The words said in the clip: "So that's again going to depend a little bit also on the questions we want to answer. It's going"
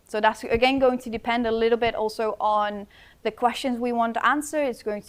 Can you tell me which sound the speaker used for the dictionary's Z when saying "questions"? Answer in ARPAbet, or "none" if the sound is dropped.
Z